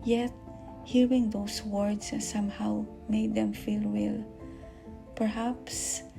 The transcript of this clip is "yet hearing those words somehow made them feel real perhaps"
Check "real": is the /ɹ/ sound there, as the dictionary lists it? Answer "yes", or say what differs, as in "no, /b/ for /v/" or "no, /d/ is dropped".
no, /w/ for /ɹ/